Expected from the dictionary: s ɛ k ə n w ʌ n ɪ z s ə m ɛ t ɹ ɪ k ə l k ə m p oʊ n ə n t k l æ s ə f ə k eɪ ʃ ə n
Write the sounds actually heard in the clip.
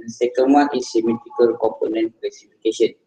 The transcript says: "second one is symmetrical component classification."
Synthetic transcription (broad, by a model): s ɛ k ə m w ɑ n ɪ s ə m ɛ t ɪ k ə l k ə m p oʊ n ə n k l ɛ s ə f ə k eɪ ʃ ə n